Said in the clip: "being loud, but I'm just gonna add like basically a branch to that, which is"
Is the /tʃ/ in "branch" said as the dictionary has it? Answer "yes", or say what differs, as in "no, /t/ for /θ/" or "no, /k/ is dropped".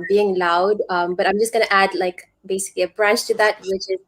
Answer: yes